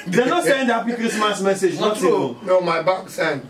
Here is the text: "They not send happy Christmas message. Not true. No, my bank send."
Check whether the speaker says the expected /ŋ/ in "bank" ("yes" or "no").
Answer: no